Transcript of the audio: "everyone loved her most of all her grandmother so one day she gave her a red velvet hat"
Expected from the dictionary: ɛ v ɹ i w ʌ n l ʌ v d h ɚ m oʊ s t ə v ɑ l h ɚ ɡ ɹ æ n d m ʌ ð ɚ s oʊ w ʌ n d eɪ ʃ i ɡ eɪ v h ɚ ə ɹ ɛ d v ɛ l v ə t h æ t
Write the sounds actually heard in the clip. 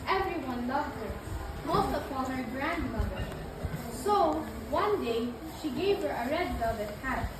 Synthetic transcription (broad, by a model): ɛ v ɹ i w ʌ n l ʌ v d h ɚ m oʊ s t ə p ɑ n h ɚ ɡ ɹ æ n d m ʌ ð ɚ s oʊ w ʌ n d eɪ ʃ i ɡ eɪ v h ɚ ə ɹ ɛ d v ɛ v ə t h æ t